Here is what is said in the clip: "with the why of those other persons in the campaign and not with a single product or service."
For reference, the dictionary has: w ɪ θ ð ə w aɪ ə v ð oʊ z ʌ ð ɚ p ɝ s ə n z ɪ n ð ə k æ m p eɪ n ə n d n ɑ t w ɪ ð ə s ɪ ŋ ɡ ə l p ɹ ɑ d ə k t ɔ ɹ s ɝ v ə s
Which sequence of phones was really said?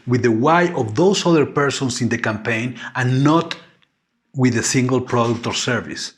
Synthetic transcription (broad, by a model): w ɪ ð ə w aɪ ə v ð oʊ s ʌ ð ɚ p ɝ s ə n s ɪ n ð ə k æ m p eɪ n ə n n ɑ t w ɪ ð ə s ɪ ŋ ɡ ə l p ɹ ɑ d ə k t ɔ ɹ s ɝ v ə s